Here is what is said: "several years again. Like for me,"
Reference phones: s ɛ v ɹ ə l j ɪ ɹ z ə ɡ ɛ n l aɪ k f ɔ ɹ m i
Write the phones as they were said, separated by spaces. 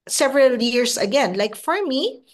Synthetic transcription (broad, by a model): s ɛ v ɹ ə l j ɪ ɹ s ə ɡ ɛ n l aɪ k f ɔ ɹ m i